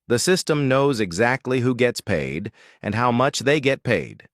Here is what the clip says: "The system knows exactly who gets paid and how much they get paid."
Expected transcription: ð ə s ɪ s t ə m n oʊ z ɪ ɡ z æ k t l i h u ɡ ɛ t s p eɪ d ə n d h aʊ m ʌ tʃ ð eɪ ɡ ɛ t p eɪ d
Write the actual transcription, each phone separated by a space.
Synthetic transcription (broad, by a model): ð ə s ɪ s t ə m n oʊ z ɪ ɡ z æ k t l i h u ɡ ɛ t s p eɪ d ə n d h aʊ m ʌ tʃ ð eɪ ɡ ɛ t p eɪ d